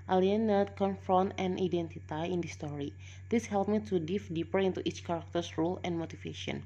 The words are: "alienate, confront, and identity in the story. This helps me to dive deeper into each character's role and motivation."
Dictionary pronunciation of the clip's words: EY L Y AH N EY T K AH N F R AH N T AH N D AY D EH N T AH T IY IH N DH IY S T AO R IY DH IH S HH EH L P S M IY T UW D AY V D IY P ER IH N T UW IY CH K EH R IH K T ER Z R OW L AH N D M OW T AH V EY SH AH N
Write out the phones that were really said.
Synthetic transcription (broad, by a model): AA L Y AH N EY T K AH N F R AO N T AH N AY D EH N T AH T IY IH N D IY S T AO R IY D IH S HH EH L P M IY T UW D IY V D IY P ER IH N T UW IY CH K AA R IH K T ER S R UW L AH N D M OW T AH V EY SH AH N